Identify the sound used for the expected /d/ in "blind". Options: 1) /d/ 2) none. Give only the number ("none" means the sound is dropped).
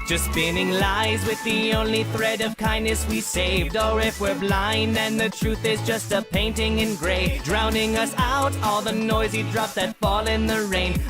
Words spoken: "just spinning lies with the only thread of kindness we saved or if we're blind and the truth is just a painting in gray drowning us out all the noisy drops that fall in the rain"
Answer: 2